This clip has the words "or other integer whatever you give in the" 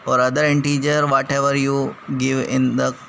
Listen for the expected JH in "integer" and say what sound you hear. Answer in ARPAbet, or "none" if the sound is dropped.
JH